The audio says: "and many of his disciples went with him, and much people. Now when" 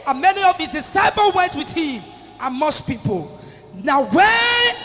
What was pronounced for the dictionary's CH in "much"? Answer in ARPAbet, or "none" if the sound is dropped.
S